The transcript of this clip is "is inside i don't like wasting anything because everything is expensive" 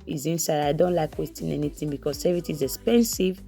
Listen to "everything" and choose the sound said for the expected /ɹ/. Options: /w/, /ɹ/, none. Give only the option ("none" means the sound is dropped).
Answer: none